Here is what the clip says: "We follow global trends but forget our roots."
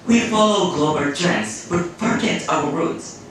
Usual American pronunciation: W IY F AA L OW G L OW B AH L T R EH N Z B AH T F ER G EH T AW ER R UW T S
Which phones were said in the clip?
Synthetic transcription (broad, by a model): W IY F AA L OW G L OW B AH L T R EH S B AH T P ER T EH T AW ER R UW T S